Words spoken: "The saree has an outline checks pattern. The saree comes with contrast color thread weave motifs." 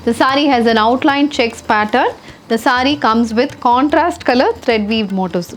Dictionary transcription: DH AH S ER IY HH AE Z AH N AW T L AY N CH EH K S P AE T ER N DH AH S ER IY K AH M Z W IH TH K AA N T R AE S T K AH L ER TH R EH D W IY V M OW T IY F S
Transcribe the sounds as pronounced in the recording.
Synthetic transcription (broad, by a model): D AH S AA IY HH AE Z AH N AW T L AY N CH EH K S P AE T ER N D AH S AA IY K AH M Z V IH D K AA N T R AE S T K AH L ER T R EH D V IY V M OW T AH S